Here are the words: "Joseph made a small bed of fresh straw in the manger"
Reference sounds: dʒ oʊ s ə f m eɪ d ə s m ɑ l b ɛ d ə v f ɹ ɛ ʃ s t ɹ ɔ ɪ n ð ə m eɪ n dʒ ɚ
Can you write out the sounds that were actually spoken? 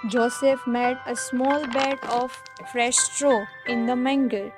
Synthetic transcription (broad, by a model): dʒ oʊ s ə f m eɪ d ə s m ɑ l b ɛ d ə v f ɹ ɛ ʃ s t ɹ ɔ ɪ n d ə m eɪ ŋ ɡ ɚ